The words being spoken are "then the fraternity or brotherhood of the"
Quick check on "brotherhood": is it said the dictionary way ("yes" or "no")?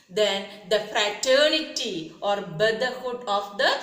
no